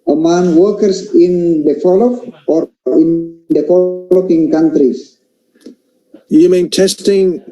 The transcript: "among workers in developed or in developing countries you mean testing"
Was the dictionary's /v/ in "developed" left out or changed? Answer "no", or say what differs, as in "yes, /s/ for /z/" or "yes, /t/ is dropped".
yes, /f/ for /v/